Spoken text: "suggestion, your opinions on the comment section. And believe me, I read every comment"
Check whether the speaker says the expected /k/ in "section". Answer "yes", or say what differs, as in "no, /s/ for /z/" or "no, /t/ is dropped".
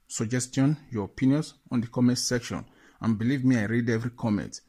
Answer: yes